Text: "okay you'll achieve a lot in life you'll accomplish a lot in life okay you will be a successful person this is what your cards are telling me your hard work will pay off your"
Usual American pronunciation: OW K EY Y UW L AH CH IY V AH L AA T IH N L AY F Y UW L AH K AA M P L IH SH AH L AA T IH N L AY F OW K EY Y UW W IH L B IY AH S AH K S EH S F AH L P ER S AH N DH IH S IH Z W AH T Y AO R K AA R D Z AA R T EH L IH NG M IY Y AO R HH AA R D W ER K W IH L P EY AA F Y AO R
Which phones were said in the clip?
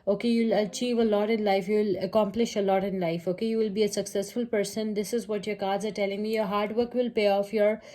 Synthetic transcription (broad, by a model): OW K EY Y UW L AH CH IY V AH L AA T IH N L AY F Y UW L AH K AA M P L IH SH AH L AA T IH N L AY F OW K EY Y UW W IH L B IY AH S AH K S EH S F AH L P ER S AH N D IH S IH Z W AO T Y AO R K AA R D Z AA R T EH L IH NG M IY Y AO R HH AA R D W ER K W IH L P EY AA F Y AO R